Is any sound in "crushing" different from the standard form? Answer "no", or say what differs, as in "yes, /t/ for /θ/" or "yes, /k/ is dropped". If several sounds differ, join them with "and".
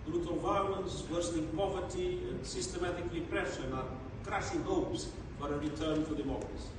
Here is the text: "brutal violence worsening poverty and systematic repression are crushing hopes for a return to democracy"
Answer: yes, /s/ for /ʃ/